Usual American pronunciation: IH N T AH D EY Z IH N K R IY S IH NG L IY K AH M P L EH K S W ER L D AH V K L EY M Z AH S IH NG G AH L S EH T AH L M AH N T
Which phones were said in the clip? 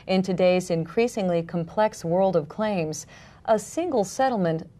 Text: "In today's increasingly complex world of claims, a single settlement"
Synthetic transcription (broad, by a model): IH N T AH D EY Z IH N K R IY S IH NG L IY K AH M P L EH K S W ER L D AH V K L EY M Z AH S IH NG G L S EH T L M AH N T